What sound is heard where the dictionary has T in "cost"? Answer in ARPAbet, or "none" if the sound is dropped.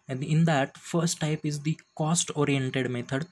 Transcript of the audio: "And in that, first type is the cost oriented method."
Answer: T